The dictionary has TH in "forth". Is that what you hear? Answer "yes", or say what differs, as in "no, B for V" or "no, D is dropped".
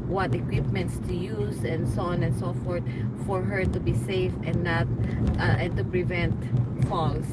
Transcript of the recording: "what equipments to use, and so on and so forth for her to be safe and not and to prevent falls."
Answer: no, T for TH